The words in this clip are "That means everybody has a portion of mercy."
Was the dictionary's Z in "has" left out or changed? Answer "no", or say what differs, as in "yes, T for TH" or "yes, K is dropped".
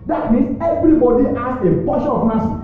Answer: yes, S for Z